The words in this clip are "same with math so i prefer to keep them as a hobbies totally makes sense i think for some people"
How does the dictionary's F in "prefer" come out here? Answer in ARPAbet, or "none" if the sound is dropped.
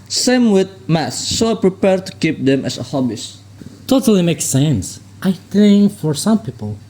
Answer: P